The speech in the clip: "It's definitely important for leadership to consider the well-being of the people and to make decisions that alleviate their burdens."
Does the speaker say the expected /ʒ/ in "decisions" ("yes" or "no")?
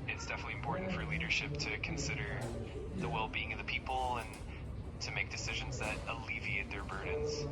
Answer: yes